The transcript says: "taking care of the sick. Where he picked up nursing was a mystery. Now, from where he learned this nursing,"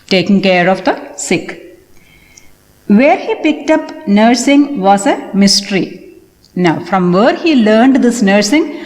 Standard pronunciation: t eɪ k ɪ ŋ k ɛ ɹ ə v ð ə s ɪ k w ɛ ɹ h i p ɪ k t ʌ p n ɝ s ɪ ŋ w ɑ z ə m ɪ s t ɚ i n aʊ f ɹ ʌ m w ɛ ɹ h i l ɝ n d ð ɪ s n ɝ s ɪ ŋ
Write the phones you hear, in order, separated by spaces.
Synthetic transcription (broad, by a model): t eɪ k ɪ ŋ k ɛ ɹ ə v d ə s ɪ k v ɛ ɹ h i p ɪ k t ʌ p n ɝ s ɪ ŋ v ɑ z ə m ɪ s t ɚ i n aʊ f ɹ ʌ m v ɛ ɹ h i l ɝ n d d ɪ s n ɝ s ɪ ŋ